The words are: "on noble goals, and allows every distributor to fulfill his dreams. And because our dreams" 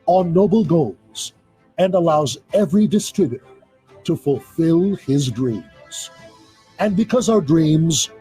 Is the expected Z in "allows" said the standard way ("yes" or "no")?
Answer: yes